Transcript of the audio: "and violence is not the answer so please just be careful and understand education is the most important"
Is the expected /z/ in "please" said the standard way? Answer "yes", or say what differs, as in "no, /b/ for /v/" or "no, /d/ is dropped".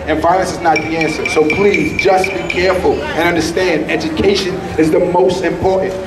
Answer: yes